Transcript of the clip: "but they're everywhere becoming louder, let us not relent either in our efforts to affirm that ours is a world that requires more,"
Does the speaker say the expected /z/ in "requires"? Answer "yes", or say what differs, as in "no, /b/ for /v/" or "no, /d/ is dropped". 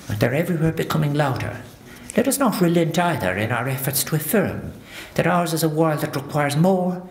yes